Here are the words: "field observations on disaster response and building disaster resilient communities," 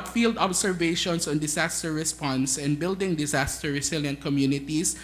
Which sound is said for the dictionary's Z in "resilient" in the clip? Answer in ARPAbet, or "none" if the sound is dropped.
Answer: S